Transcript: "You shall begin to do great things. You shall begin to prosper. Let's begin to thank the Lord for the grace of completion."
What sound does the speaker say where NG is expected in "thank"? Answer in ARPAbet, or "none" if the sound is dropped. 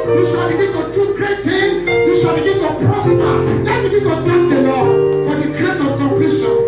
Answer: none